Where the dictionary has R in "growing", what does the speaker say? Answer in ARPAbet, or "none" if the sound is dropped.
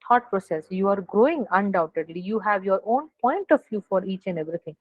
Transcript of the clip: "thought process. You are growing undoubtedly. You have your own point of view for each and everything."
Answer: R